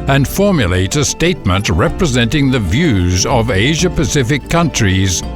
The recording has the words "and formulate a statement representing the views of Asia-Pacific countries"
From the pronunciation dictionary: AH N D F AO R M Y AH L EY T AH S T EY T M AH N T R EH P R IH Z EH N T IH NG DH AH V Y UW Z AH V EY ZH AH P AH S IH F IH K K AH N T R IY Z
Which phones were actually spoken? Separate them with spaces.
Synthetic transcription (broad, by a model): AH N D F AO R M Y AH L EY T AH S T EY T M AH N T R EH P R IH Z EH N T IH NG DH AH V Y UW Z AH V EY ZH AH P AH S IH F IH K K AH N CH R IY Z